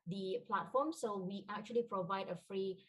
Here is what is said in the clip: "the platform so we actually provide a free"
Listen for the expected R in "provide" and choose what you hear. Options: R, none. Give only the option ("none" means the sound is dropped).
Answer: R